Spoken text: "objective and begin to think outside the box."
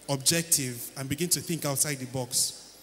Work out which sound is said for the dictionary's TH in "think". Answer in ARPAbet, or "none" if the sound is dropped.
TH